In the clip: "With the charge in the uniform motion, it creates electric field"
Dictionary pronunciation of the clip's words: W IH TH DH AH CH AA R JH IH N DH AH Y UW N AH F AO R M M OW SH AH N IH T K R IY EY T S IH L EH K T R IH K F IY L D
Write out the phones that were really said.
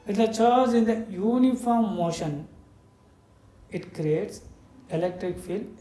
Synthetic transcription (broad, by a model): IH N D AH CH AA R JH IH N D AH Y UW N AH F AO R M M OW SH AH N IH T K R IY EY T S IH L EH K T R IH K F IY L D